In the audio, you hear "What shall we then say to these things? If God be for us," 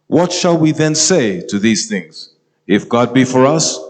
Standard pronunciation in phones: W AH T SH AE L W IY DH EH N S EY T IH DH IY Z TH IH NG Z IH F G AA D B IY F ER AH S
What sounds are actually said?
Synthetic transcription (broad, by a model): W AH T SH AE L W IY DH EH N S EY T IH DH IY Z TH IH NG Z IH F G AA D B IY F ER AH S